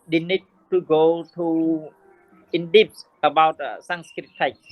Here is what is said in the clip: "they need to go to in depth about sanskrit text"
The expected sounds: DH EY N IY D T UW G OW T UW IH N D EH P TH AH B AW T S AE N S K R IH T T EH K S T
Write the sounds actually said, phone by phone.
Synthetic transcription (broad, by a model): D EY N IY D T UW G OW T UW IH N D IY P S AH B AW T S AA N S K R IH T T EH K